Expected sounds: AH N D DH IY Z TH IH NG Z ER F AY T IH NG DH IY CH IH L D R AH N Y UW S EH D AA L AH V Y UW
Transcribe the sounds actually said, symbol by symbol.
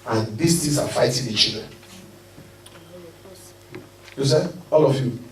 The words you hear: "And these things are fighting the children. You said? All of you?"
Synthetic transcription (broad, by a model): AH N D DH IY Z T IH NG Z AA F AY T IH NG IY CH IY L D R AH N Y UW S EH AA L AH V Y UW